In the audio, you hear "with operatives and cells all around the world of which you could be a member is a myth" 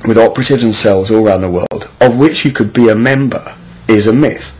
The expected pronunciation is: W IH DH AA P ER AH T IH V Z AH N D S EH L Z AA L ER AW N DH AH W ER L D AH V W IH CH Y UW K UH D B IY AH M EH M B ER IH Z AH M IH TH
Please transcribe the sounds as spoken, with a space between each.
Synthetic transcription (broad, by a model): W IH DH AA P ER AH T IH V Z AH N S EH L Z AA L ER AW N DH AH W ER L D AH V W IH CH Y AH K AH D B IY AH M EH M B ER IH Z AH M IH TH